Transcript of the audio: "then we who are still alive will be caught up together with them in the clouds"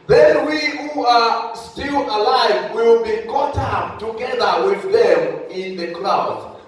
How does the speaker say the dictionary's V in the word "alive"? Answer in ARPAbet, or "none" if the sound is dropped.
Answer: V